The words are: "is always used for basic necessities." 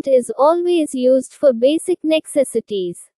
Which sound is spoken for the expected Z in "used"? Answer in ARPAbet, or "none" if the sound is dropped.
Z